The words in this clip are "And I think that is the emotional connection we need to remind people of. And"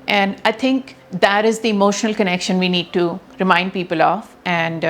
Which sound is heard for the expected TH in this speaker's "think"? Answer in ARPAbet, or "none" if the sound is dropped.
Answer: T